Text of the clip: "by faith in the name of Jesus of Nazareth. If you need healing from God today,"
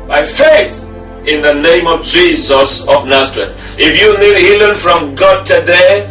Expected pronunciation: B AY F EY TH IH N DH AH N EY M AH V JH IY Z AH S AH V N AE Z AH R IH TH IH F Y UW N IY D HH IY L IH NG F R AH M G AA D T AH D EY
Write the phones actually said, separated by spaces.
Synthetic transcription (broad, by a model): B AY F EY TH IH N DH AH N EY M AH V JH IY Z AH S AH V N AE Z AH R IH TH IH F Y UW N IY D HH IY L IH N F R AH M G AA D T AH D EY